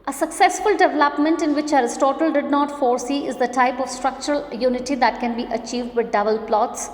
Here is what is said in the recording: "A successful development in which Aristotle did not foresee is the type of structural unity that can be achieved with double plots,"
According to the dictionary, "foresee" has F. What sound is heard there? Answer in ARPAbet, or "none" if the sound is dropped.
F